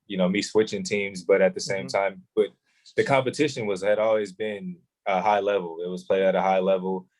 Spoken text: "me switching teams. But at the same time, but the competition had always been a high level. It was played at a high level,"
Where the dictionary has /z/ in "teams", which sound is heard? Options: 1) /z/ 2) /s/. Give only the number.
1